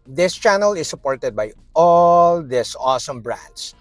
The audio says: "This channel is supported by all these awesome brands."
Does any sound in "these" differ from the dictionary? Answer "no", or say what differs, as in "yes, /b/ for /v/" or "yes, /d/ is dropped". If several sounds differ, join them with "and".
yes, /s/ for /z/